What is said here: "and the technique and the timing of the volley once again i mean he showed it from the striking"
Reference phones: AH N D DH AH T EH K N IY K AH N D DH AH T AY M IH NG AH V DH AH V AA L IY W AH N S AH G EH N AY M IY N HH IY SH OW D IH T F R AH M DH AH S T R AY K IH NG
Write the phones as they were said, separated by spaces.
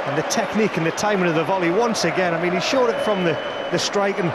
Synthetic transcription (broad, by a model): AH N DH AH T EH K N IY K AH N DH AH T AY M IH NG AH V DH AH V AA L IY W AH N S AH G EH N AY M IY N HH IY SH OW D IH T F R AH M DH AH S T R AY K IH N